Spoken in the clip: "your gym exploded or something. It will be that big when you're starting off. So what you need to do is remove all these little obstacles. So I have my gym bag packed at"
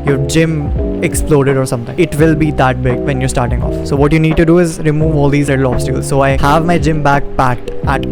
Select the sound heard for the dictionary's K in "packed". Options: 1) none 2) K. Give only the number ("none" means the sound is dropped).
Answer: 1